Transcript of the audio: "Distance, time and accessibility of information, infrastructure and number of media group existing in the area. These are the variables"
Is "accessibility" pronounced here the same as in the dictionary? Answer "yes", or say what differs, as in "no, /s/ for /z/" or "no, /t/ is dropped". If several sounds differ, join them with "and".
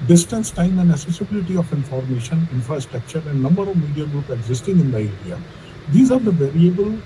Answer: no, /k/ is dropped